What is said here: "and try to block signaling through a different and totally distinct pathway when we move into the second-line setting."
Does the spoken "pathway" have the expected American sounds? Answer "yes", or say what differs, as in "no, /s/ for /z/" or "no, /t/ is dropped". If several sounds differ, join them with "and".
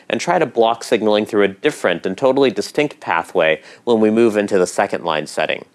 yes